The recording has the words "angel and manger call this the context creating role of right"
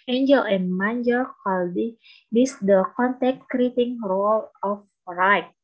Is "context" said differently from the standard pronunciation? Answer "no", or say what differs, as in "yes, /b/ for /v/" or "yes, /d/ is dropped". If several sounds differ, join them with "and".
yes, /s/ is dropped